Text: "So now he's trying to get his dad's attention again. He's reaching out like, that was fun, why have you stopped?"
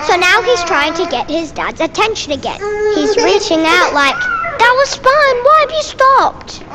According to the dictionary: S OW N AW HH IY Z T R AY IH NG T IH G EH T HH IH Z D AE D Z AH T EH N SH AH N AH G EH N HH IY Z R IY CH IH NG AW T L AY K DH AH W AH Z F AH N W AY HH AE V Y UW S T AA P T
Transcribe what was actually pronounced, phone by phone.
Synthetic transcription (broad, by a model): S OW N AW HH IY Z T R AY IH NG T IH G EH T HH IH Z D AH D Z AH T EH N SH AH N AH G EH N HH IY Z R IY CH IH NG AW T L AY K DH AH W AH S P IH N W AY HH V Y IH S T AA P T